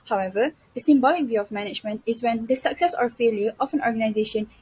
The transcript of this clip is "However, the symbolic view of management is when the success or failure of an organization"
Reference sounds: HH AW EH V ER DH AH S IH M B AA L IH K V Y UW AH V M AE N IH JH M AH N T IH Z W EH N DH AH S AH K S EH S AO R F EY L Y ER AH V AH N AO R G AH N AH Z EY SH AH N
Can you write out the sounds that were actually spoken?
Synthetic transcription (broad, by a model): HH AW EH V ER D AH S IH M B AA L IH K V Y UW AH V M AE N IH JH M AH N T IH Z W EH N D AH S AH K S EH S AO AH F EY L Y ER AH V AH N AO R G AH N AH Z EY SH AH N